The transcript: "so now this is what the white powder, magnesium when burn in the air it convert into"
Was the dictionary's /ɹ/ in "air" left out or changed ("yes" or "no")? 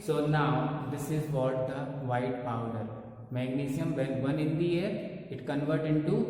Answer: no